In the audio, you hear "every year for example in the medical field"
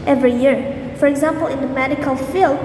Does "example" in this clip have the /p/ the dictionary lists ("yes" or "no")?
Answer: yes